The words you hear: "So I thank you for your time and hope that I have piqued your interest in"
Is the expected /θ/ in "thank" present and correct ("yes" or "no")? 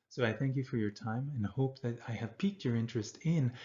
yes